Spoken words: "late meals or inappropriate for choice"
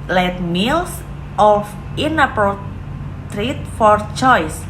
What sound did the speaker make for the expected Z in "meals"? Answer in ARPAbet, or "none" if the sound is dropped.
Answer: S